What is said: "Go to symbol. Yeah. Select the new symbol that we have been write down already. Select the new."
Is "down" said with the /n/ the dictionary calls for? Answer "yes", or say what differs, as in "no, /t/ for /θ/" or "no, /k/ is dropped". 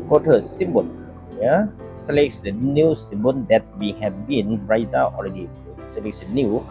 no, /n/ is dropped